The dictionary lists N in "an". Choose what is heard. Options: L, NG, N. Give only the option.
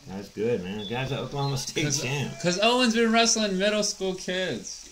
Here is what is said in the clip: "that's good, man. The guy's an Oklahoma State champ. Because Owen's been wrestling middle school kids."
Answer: L